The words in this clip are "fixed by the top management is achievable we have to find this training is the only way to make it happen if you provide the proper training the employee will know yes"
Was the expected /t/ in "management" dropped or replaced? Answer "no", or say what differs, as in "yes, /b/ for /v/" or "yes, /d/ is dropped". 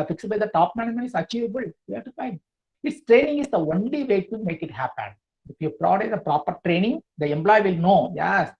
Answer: yes, /t/ is dropped